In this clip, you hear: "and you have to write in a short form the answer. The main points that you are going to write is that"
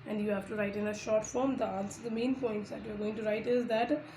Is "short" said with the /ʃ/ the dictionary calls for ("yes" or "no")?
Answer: yes